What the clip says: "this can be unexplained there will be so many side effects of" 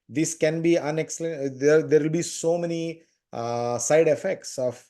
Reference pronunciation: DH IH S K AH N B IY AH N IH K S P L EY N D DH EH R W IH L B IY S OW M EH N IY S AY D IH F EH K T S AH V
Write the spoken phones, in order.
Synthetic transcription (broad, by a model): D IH S K AH N B IY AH N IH K S L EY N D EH R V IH L B IY S OW M EH N IY S AY D IH F EH K T S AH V